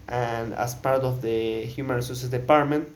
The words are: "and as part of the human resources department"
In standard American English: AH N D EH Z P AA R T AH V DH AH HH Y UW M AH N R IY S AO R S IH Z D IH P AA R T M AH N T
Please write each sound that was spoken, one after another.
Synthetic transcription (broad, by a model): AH N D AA S P AA R T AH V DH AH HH Y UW M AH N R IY S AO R S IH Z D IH P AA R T M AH N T